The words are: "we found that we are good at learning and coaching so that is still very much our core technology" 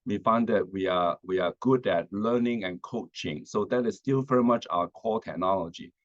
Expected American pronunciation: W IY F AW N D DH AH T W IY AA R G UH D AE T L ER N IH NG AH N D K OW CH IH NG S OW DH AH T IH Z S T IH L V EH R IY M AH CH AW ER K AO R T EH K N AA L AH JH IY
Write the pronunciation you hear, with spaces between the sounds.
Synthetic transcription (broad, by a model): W IY F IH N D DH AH T W IY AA W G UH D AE T L ER N IH NG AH N K OW CH IH NG S OW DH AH T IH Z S T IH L V EH R IY M AH CH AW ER K AO L T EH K N AA L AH JH IY